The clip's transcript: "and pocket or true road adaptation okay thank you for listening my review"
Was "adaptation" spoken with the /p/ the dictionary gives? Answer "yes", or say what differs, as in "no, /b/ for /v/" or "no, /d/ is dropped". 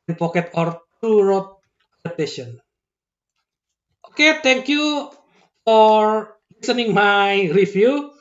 no, /p/ is dropped